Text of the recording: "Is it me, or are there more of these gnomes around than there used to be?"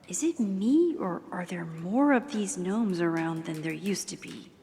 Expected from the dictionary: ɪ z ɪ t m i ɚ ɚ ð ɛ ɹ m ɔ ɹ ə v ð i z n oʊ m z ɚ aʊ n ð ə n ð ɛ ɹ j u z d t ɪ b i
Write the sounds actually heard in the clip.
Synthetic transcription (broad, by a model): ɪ z ɪ t m i ɚ ɚ ð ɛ ɹ m ɔ ɹ ə v ð i z n oʊ m z ɚ aʊ n ð ə n ð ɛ ɹ j u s t ɪ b i